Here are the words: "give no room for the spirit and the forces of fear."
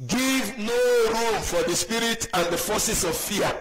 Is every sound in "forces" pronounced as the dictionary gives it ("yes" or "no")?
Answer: no